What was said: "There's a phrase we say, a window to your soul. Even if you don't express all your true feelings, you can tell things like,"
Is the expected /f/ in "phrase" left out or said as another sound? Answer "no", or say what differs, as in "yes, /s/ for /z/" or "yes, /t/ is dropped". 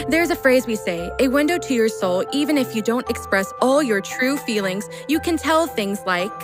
no